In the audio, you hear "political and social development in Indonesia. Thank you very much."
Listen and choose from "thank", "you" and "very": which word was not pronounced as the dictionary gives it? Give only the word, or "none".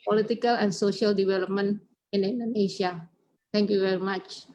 thank